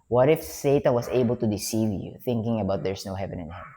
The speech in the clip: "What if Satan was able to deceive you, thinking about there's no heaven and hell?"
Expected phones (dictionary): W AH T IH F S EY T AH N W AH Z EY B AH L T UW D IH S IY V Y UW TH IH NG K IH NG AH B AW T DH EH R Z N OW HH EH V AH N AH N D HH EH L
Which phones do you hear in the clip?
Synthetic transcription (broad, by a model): W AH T IH F S EY T AH N W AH S EY B AH L T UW D IH S IY V Y UW TH IH NG K IH NG AH B AW T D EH R S N OW HH EH V AH N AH N HH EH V